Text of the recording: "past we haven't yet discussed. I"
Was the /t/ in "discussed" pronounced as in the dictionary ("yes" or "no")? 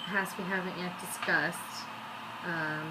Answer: yes